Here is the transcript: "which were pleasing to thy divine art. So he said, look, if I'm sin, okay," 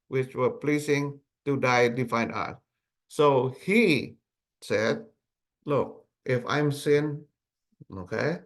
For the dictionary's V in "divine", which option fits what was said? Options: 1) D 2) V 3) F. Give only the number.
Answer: 3